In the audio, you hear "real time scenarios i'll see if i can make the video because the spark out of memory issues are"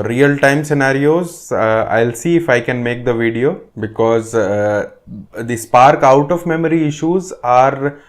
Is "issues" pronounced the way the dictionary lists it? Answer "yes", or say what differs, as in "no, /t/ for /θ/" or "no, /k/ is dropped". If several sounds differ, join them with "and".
yes